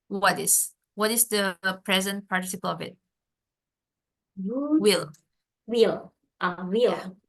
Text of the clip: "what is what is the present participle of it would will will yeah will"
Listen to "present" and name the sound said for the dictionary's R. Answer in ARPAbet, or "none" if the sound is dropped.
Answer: R